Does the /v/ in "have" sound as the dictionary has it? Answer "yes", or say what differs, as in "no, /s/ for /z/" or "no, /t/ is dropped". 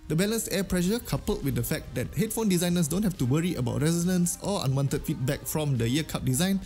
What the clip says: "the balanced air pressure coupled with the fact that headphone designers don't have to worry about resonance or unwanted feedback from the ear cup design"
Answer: no, /f/ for /v/